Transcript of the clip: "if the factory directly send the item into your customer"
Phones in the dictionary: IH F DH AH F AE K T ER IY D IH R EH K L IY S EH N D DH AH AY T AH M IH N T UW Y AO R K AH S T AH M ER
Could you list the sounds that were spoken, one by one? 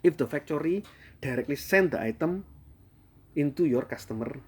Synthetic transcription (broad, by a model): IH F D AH F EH K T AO IY D IH R EH K L IY S EH N D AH AY T AH M IH N T UW Y AO R K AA S T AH M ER